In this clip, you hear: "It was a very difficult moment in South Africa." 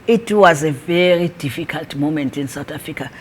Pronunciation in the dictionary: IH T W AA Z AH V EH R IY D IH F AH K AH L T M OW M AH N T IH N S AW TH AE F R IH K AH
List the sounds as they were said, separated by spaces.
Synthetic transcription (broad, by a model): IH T W AA Z AH V EH R IY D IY F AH K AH L T M OW M AH N T IH N S AW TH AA F R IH K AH